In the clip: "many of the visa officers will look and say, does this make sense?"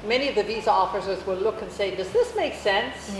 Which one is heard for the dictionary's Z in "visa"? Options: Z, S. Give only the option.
Z